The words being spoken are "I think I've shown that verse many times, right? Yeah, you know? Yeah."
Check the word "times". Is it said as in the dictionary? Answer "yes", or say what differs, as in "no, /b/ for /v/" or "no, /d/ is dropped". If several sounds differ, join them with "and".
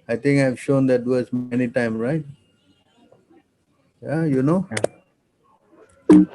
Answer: no, /z/ is dropped